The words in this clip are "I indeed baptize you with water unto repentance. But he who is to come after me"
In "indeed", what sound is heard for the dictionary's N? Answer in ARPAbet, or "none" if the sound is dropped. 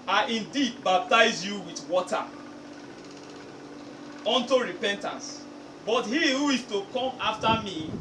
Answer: N